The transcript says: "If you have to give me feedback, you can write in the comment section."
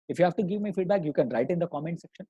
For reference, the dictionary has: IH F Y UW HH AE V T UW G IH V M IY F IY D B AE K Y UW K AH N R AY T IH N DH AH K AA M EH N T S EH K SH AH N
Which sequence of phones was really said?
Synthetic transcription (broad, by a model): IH F Y UW HH AE V T UW G IH V M IY F IY D B AE K Y UW K AH N R AY T IH N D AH K AA M EH N T S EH K SH AH N